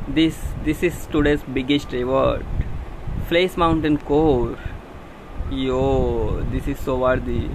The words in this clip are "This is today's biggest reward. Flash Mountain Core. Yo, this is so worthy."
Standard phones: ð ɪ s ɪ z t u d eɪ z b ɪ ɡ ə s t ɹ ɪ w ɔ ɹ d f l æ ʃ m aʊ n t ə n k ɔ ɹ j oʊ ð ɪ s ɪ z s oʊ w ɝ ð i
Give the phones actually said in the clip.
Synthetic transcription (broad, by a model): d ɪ s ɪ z t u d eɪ s b ɪ ɡ ə s t ɹ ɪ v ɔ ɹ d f l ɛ s m aʊ n t ə n k ɔ ɹ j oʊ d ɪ s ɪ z s oʊ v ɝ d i